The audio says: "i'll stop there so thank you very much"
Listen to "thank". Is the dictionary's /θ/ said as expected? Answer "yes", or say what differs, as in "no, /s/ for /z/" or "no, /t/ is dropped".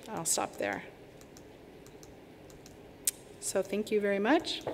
yes